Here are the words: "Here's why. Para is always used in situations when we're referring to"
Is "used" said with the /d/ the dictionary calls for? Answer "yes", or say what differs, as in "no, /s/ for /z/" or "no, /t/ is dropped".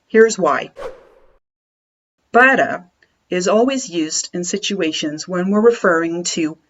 yes